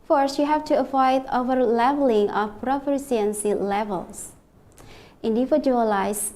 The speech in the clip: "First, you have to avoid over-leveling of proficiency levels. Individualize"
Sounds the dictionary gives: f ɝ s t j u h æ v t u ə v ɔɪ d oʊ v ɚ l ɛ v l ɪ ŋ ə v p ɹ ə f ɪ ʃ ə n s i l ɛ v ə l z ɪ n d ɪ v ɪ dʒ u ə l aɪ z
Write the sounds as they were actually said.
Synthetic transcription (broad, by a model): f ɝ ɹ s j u h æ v t u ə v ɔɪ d oʊ v ɚ l ɛ v l ɪ ŋ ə f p ɹ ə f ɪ s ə n s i l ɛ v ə l s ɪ n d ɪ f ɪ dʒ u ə l aɪ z